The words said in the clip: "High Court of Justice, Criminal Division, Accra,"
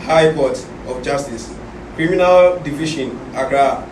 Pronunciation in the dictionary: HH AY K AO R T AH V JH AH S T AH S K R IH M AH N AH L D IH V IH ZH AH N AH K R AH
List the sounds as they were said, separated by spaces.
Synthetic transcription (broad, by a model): HH AY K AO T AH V JH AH S T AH S K R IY M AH N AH L D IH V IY SH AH N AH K R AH